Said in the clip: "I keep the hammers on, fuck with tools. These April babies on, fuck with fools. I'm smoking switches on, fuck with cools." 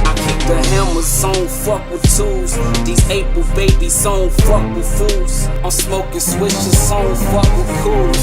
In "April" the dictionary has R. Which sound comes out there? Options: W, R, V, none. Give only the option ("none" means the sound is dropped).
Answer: none